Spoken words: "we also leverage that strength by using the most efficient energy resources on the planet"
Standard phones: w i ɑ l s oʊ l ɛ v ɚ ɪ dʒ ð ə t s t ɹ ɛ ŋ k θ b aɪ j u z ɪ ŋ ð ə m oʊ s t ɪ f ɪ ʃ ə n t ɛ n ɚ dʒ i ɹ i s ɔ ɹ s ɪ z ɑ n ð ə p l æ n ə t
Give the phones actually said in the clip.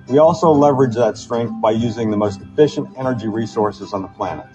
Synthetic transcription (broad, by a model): w i ɑ l s oʊ l ɛ v ɚ ɪ dʒ ð ə t s t ɹ ɛ ŋ k θ b aɪ j u z ɪ ŋ ð ə m oʊ s t ɪ f ɪ ʃ ə n t ɛ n ɚ dʒ i ɹ i s ɔ ɹ s ɪ z n ð ə p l æ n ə t